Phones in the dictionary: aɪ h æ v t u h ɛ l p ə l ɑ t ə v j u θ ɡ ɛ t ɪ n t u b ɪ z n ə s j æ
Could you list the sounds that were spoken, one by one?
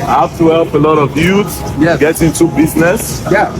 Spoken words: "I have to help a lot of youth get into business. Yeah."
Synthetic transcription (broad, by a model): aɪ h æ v t u h ɛ l p ə l ɑ t ə v j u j ɡ ɛ t ɪ n t u b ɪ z n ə s j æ